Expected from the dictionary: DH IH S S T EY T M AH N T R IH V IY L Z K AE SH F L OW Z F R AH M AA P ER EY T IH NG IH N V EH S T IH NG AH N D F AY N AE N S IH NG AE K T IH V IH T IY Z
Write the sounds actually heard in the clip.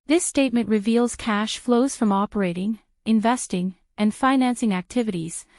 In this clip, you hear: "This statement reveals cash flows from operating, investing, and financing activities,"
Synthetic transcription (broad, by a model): DH IH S S T EY T M AH N T R IH V IY L Z K AE SH F L OW Z F R AH M AA P ER EY T IH NG IH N V EH S T IH NG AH N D F AY N AE N S IH NG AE K T IH V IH T IY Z